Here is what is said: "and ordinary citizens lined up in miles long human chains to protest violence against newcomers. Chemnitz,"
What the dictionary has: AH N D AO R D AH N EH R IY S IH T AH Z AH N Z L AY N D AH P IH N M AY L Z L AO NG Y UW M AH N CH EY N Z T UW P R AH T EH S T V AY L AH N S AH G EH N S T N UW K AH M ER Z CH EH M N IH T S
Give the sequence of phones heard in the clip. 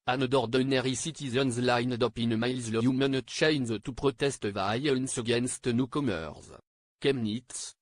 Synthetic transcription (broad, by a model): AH N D AO R D AH N EH R IY S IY T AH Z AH N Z L AY N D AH P IH N M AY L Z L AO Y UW M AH N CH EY N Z T UW P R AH T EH S T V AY AH N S AH G EH N S T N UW K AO M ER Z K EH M N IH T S